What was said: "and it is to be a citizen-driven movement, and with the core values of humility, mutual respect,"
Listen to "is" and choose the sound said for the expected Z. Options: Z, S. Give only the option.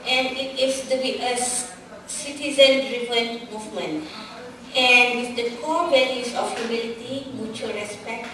S